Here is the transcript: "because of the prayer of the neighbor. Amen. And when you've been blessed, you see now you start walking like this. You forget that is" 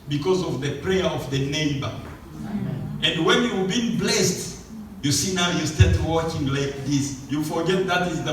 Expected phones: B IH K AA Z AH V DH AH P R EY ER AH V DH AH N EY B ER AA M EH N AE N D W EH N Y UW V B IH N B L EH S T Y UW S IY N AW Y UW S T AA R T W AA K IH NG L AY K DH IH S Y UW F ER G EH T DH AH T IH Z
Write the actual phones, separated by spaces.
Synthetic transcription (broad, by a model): B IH K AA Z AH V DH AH P R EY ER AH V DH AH N EY B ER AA EH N N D W EH N Y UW B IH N B L EH S T Y UW S IY N AW Y UW S T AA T W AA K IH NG L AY K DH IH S Y UW F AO G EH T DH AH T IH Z